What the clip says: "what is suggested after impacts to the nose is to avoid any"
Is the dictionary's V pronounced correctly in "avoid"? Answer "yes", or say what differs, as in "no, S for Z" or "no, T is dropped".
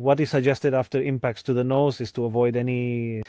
yes